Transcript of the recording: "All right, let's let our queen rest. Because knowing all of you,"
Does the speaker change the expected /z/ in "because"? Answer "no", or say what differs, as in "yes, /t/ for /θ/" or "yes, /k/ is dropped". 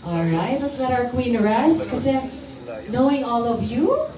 yes, /z/ is dropped